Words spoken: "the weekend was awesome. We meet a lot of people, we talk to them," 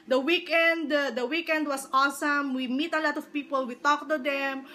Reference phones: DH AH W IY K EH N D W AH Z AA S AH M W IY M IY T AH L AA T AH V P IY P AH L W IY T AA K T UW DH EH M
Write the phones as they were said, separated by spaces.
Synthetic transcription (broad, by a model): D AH W IY K EH N D W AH S AA S AH M W IY M IY T AH L AA T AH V P IY P AH L W IY T AA K T UW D EH M